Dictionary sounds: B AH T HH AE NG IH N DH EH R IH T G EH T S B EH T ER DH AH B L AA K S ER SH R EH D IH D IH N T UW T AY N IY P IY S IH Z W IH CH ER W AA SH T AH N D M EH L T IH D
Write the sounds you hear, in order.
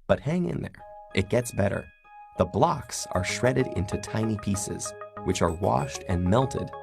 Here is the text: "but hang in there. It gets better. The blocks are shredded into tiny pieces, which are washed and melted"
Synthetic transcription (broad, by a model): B AH T HH AE NG IH N DH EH R IH T G EH T S B EH T ER DH AH B L AA K S ER SH R EH D IH D IH N T UW T AY N IY P IY S IH Z W IH CH ER W AA SH T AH N M EH L T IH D